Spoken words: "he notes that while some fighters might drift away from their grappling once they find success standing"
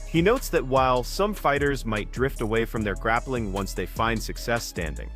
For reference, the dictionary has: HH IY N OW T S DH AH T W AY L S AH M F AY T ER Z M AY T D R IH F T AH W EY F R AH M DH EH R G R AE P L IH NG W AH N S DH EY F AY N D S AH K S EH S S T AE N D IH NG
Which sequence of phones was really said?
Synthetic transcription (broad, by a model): HH IY N OW T S DH AH T W AY L S AH M F AY T ER Z M AY T D R IH F T AH W EY F R AH M DH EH R G R AE P L IH NG W AH N S DH EY F AY N D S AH K S EH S S T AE N D IH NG